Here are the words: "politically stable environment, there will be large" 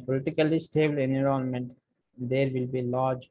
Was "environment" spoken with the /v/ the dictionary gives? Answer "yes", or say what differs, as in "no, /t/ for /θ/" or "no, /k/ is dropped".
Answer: no, /v/ is dropped